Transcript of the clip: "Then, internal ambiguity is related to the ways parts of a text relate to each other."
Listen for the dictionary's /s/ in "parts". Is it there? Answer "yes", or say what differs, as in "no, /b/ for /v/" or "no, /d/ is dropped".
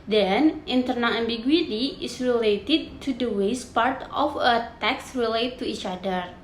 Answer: no, /s/ is dropped